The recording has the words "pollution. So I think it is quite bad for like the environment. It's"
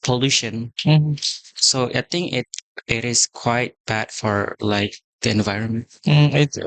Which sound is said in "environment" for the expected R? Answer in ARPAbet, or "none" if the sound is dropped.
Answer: R